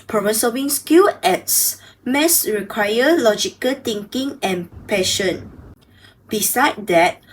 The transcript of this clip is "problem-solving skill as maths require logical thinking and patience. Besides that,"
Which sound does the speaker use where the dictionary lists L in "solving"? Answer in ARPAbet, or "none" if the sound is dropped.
none